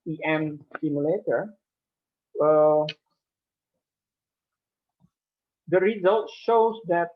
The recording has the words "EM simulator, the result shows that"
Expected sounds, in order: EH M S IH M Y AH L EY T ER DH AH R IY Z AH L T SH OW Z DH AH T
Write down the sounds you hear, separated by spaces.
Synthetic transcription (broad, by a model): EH M S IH M Y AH L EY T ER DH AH R IY Z AH L T SH OW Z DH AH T